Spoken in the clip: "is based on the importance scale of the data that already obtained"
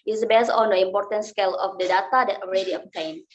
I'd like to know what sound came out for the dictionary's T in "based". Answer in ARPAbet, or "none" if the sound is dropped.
none